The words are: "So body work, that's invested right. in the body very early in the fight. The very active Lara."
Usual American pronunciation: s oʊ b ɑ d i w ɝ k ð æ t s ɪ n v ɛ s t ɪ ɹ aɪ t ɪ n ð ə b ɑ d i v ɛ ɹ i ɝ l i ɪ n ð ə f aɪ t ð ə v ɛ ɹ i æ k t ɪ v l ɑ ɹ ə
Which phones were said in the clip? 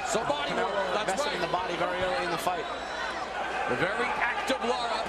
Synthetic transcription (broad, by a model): s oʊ b ɑ d i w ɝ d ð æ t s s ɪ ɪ ɪ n ð ə b ɑ d i v ɛ ɹ i ɝ l i ɪ n ð ə f aɪ t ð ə v ɛ ɹ i æ k t ɪ v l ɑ ɹ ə